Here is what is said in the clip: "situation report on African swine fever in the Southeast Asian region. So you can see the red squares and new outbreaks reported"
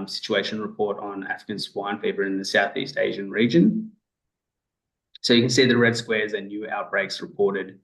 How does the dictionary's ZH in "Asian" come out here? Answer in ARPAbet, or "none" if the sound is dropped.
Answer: ZH